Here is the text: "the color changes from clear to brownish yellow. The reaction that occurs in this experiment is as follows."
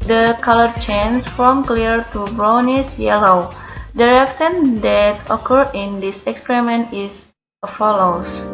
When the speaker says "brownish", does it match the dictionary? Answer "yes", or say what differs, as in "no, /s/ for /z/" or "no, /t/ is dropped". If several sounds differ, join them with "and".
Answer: no, /s/ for /ʃ/